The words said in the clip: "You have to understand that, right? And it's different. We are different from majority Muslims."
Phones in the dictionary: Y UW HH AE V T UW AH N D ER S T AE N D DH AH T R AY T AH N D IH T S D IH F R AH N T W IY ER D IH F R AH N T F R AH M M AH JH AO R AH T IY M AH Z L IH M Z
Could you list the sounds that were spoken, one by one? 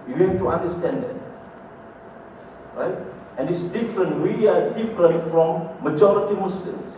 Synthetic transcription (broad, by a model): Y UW HH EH F T UW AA N D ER S T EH N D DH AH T R AY T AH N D IH T S D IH F R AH N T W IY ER D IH F R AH N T F R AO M M AH JH AO R AH T IY M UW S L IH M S